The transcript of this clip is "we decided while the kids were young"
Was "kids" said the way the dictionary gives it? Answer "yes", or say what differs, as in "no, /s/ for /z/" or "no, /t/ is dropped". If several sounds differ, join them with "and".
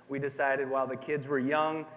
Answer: yes